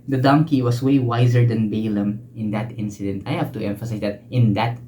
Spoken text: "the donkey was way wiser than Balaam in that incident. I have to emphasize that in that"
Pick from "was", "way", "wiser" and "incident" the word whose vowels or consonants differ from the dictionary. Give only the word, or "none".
was